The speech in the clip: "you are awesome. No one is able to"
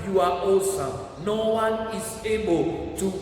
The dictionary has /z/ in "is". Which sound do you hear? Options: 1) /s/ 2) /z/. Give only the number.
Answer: 1